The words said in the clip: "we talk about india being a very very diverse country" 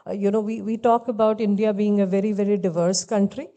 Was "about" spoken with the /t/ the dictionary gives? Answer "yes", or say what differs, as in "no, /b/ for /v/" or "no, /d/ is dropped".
yes